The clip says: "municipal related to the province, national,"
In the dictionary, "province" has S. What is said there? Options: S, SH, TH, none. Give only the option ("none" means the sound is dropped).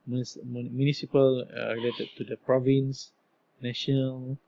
S